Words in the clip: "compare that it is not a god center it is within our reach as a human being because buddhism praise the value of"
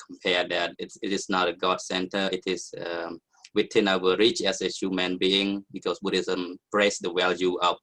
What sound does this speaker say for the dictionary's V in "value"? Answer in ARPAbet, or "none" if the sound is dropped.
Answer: W